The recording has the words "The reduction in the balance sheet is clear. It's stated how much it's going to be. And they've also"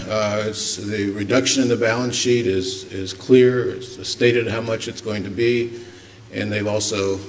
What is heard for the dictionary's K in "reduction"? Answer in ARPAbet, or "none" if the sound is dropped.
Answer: K